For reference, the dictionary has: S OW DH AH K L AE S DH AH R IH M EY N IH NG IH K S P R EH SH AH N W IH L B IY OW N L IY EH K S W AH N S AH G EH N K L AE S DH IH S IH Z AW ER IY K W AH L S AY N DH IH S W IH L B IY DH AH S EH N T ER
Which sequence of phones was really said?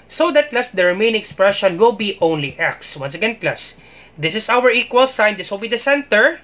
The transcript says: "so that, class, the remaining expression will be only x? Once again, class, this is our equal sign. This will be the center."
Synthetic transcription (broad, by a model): S OW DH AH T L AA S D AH R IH M EY IH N IH K S P R EH SH AH N W IH L B IY OW N L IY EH K S W AH N S AH G EH N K L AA S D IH S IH S AW ER IY K W AH L S AY N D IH S W IH L B IY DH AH S EH N T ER